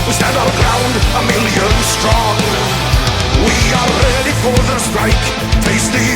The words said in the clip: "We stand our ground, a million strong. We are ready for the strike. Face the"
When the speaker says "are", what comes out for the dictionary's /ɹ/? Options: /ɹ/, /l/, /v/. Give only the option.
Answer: /l/